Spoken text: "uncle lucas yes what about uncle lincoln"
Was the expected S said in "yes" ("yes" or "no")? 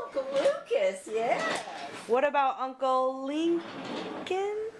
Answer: no